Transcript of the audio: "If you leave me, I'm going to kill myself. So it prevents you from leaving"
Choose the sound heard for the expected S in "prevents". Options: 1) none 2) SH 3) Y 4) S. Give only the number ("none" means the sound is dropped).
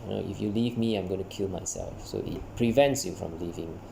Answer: 4